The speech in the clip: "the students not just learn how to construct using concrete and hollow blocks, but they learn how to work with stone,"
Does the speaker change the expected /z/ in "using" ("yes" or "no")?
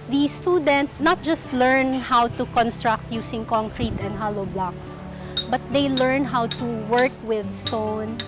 yes